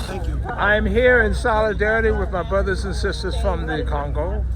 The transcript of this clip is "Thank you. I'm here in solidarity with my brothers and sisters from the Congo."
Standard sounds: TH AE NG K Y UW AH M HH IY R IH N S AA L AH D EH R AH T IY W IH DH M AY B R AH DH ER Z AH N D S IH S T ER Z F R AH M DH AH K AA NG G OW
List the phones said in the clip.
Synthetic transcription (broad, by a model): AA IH AH M HH IY R IH N S AA L AH D EH R AH T IY W IH DH M AY B R AH DH ER Z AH N S IH S T ER Z F R AH M DH AH K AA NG G OW